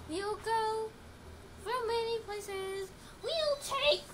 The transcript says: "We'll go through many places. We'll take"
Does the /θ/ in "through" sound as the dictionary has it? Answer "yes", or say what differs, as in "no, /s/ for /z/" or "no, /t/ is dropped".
no, /f/ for /θ/